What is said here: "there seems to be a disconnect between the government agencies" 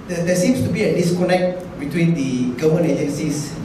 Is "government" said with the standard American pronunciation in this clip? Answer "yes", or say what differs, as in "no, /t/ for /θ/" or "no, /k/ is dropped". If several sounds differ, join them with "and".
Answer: no, /t/ is dropped